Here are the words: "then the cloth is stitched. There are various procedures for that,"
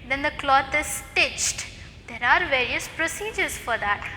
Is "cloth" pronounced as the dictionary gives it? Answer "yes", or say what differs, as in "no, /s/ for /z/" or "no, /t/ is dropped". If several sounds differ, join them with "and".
no, /t/ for /θ/